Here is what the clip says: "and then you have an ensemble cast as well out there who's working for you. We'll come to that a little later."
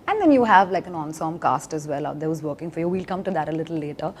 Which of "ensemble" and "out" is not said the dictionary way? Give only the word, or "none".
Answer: ensemble